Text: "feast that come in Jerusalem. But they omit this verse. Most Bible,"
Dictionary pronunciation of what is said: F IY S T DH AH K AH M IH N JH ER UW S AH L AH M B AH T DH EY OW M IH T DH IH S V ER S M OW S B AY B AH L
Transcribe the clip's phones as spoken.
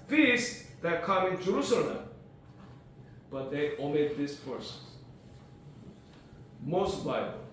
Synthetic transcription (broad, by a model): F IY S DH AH K AH M IH N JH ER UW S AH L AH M B AH T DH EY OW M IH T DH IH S P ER S M OW S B AY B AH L